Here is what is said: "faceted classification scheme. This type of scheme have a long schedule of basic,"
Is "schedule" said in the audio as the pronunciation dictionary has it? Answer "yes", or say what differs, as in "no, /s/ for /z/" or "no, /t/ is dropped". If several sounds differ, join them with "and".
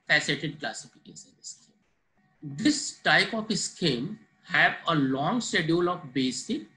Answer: no, /dʒ/ is dropped